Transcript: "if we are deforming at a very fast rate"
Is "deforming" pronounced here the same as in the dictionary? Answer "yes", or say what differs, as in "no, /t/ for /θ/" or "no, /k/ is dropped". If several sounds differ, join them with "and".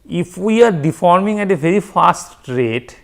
yes